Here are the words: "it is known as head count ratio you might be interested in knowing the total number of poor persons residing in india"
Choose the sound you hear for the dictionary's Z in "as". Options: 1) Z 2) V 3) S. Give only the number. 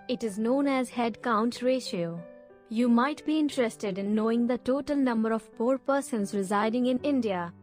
1